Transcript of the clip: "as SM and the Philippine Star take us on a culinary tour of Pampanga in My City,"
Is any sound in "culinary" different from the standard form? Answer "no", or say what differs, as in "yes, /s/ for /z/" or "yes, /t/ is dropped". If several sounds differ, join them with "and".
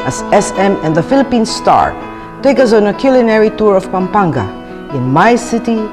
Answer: no